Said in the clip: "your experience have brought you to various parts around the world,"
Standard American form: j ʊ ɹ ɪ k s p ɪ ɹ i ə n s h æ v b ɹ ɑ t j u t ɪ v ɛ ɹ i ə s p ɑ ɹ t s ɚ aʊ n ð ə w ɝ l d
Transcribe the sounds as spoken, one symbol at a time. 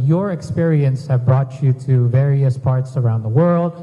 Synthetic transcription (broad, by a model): j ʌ ɹ ɪ k s p ɪ ɹ i ə n s h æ v b ɹ ɑ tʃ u t ɪ v ɛ ɹ i ə s p ɑ ɹ t s ɚ aʊ n ð ə w ɝ l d